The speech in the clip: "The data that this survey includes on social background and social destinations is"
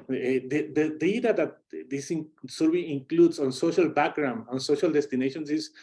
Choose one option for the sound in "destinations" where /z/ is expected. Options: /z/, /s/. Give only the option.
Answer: /s/